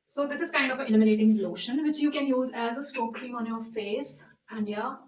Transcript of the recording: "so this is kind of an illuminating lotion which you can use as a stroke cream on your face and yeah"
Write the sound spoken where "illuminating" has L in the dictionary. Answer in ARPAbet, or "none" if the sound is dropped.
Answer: N